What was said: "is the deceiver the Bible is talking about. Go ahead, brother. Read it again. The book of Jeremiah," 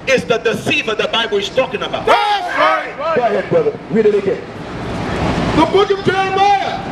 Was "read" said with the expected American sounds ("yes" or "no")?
no